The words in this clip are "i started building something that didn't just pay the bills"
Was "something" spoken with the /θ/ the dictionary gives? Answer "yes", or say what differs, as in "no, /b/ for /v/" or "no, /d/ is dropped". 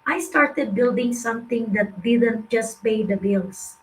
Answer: no, /t/ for /θ/